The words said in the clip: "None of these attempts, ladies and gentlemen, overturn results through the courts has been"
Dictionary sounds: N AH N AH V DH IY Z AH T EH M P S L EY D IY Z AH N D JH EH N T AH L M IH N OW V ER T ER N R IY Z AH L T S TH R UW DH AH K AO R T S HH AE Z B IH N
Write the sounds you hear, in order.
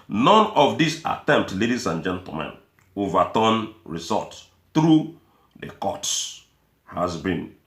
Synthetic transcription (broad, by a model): N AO N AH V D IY S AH T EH M P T L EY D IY S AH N JH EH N T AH M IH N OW V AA T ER N R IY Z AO T TH R UW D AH K AO T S HH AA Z B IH N